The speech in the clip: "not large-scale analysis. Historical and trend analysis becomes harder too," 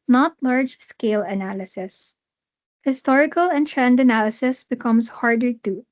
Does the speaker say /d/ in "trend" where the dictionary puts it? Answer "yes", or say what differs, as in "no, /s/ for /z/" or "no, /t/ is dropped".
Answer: yes